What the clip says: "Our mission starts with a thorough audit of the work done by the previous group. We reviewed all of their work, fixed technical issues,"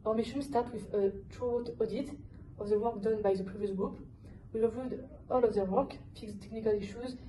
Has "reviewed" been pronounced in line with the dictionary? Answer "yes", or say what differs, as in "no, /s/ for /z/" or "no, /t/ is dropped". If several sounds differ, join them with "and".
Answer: no, /l/ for /ɹ/